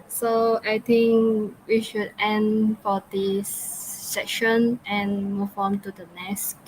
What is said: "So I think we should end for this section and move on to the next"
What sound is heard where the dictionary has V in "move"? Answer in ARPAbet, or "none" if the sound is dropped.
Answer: F